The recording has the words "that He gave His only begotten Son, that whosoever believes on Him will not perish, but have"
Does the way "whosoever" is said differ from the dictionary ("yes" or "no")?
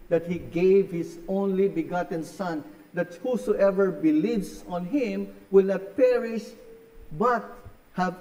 no